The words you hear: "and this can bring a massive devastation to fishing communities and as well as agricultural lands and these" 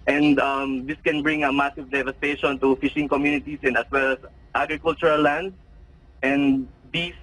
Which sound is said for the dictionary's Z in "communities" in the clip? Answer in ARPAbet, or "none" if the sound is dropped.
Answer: S